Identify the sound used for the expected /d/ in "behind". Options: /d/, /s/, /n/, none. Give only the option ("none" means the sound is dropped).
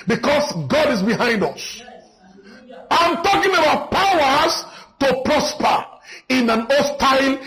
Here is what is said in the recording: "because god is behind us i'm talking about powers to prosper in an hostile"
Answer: /d/